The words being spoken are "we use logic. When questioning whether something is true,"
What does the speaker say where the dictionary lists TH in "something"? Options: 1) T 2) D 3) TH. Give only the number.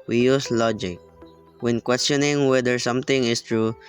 1